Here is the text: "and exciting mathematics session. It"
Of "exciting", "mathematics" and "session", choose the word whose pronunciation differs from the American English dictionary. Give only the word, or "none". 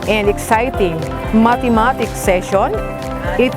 mathematics